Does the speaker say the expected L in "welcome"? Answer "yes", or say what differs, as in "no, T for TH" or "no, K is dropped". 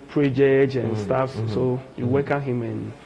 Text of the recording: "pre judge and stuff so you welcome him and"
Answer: no, L is dropped